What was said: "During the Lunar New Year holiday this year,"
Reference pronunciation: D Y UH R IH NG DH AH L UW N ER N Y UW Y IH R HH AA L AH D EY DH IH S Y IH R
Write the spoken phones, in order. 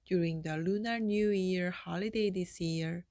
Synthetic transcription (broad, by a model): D Y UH R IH NG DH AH L UW N ER N Y UW Y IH R HH AA L AH D EY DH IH S Y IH R